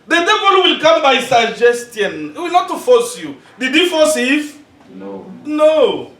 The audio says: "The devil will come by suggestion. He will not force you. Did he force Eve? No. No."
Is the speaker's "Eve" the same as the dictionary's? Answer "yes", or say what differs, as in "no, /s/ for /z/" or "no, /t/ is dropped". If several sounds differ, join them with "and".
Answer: no, /f/ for /v/